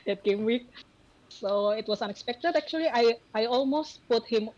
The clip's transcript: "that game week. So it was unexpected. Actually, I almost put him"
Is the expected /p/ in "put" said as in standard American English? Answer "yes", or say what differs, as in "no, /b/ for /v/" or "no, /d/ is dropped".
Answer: yes